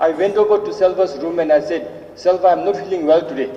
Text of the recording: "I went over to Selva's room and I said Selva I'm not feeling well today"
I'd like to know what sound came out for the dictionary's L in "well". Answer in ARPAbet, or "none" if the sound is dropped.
L